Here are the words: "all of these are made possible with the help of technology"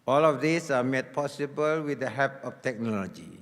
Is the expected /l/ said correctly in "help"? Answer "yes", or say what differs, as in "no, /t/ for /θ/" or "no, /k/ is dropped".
no, /l/ is dropped